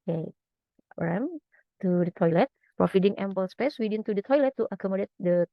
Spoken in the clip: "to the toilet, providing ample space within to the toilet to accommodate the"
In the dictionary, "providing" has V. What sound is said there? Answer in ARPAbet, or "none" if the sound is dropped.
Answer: F